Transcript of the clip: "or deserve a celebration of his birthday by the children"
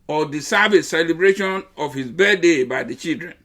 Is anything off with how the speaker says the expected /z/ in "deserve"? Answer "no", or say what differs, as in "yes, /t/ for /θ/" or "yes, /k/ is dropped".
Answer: yes, /s/ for /z/